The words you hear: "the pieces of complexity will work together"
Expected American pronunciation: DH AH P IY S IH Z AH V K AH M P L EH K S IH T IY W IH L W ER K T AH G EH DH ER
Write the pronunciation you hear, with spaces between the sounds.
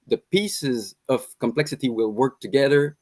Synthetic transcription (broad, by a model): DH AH P IY S IH Z AH V K AH M P L EH K S IH T IY W IH L W ER K T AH G EH DH ER